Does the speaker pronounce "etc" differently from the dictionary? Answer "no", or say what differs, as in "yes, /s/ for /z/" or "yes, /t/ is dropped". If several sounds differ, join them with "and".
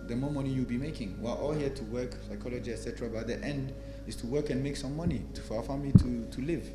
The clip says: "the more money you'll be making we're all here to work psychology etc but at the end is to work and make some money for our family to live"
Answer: no